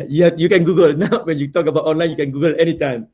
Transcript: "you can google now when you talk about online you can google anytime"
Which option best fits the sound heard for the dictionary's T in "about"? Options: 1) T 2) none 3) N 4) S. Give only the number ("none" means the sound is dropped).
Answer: 1